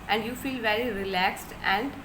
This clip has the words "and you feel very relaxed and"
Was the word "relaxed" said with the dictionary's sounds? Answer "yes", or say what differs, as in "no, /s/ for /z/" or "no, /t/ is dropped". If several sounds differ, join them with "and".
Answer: yes